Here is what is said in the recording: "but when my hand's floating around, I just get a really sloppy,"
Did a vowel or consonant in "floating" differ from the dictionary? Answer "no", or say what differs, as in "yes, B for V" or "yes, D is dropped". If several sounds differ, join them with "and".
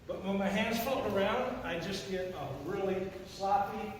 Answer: yes, L is dropped